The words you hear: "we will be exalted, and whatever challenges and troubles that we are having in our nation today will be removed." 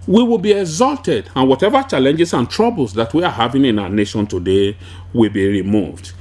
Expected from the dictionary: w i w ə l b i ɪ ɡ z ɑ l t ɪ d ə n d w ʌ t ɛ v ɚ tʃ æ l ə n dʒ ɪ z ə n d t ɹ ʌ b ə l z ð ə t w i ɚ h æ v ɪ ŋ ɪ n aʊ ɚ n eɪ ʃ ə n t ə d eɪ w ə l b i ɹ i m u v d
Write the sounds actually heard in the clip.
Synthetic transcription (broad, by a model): w i w ə l b i ɪ ɡ z ɑ l t ɪ d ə n w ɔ t ɛ v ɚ tʃ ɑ l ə n dʒ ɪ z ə n t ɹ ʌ b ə l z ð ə t w i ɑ h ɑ v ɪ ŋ ɪ n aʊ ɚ n eɪ ʃ ə n t ə d eɪ w ə l b i ɹ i m u v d